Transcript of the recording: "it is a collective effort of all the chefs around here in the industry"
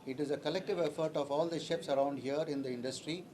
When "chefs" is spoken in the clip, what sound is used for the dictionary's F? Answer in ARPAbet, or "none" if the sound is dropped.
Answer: P